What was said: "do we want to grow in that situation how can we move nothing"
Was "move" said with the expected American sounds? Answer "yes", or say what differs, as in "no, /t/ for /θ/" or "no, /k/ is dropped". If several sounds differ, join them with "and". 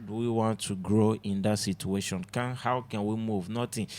yes